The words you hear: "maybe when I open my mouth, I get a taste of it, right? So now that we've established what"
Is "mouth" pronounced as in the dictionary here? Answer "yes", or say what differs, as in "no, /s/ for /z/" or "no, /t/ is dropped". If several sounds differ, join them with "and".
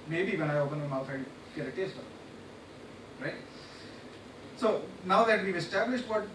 no, /f/ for /θ/